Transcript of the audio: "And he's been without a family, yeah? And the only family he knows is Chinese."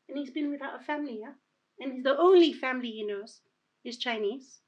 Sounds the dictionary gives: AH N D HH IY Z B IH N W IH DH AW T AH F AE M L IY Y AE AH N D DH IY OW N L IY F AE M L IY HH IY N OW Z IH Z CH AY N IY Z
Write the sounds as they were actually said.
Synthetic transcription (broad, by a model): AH N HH IY Z B IH N W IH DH AW T AH F AE M L IY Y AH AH N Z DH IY OW N L IY F AE M L IY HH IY N OW Z IH Z CH AY N IY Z